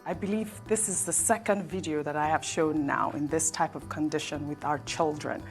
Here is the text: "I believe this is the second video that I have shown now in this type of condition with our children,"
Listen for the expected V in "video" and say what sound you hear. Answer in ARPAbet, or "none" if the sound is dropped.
V